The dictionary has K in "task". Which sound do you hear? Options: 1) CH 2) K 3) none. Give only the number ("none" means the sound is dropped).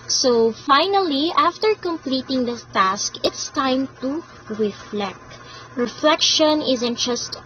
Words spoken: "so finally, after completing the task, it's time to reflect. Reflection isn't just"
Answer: 2